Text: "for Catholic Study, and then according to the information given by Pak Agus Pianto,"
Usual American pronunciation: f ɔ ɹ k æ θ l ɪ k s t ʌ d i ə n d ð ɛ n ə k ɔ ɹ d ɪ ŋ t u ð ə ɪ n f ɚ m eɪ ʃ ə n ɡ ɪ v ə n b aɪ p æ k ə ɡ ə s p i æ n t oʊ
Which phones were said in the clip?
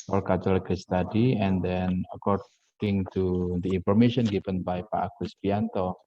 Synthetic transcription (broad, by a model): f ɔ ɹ k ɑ t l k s t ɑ d i ə n d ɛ n ə k ɔ ɹ d ɪ ŋ t u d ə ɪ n f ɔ m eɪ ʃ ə n ɡ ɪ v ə n b aɪ p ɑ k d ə s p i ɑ n t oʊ